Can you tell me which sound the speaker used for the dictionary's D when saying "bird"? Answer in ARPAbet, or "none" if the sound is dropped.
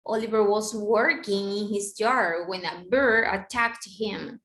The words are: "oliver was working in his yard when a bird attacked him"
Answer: none